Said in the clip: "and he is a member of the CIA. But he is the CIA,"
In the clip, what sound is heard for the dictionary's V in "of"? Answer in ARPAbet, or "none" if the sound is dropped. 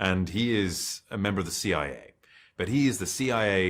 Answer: V